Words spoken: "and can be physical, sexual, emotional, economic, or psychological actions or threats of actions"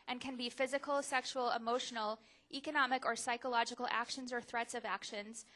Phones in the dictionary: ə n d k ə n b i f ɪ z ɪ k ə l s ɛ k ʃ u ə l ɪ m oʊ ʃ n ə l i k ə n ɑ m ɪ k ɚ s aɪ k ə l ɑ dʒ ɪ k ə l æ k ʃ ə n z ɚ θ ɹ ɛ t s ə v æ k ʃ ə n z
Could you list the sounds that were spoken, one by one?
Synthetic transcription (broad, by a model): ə n k ə n b i f ɪ z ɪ k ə l s ɛ k ʃ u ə l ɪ m oʊ ʃ n l i k ə n ɑ m ɪ k ɚ s aɪ k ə l ɑ dʒ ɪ k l æ k ʃ ə n z ɚ θ ɹ ɛ t s ə v æ k ʃ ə n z